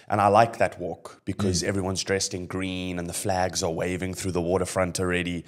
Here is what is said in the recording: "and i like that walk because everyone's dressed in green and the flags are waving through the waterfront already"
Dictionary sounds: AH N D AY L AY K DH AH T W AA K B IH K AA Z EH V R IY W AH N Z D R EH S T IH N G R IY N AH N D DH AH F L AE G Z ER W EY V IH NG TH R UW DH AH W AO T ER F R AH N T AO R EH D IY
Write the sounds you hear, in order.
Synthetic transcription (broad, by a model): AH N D AY L AY K DH AH T W AA K B IH K AA Z EH V R IY W AH N Z D R EH S T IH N G R IY N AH N DH AH F L AE G Z ER W EY V IH NG TH R UW DH AH W AO T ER F R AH N T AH R EH D IY